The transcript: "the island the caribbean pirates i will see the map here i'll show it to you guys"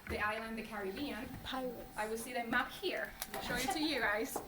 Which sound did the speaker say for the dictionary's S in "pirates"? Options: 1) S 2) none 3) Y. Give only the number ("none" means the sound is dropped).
2